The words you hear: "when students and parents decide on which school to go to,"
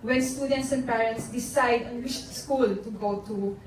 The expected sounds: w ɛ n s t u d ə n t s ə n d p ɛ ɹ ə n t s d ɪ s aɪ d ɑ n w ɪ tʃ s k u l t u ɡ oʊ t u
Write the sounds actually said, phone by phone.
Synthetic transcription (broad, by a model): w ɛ n s t u d ə n t s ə n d p ɛ ɹ ə n t s d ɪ s aɪ d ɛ n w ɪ ʃ s k u l t u ɡ oʊ t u